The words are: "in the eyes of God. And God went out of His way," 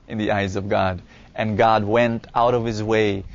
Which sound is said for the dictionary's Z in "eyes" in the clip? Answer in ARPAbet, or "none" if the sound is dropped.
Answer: Z